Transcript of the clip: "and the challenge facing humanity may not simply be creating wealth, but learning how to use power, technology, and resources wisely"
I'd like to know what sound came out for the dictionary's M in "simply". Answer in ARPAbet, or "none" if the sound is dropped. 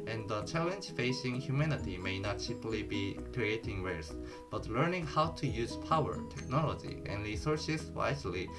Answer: none